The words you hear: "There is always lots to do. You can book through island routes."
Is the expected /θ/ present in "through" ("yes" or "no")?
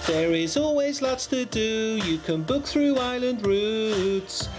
yes